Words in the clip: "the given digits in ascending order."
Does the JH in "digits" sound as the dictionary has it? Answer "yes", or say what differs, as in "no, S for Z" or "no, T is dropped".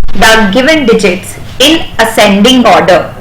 yes